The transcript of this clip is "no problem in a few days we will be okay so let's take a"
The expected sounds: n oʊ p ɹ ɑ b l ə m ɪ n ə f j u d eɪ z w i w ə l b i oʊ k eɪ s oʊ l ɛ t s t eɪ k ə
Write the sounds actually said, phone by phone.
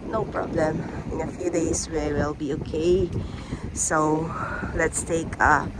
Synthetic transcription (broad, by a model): n oʊ p ɹ ɑ b l ə m ɪ n ə f j u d eɪ s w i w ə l b i oʊ k eɪ s oʊ l ɛ t s t eɪ k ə